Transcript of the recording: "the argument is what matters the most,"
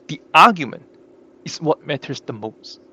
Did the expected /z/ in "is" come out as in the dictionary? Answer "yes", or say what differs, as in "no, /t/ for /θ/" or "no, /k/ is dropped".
no, /s/ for /z/